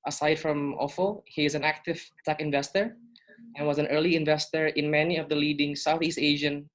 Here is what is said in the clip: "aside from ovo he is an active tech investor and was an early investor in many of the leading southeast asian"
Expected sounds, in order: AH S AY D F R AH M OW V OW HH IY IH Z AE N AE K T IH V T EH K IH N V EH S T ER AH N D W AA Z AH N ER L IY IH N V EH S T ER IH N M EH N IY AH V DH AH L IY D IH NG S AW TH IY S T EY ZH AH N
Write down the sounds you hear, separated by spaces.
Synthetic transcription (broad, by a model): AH S AY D F R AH M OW F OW HH IY IH Z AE N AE K T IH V T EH K IH N V EH S T ER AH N W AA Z AH N ER L IY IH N V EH S T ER IH N M EH N IY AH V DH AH L IY D IH NG S AW TH IY S T EY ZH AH N